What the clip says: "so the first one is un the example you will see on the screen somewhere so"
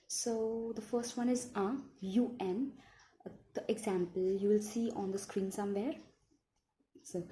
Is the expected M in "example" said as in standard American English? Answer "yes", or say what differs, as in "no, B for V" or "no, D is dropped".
yes